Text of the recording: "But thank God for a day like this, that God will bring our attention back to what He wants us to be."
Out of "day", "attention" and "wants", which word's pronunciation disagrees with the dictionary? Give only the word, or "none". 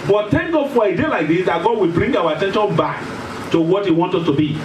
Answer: wants